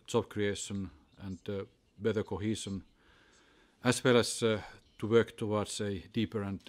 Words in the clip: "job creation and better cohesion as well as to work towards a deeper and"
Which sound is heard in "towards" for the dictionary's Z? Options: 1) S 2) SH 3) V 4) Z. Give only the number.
1